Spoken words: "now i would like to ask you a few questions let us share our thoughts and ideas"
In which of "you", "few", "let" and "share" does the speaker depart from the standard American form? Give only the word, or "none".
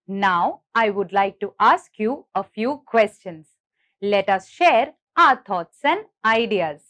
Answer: none